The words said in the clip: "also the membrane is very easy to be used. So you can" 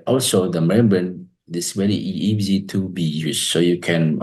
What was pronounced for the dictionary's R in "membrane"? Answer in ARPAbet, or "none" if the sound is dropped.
none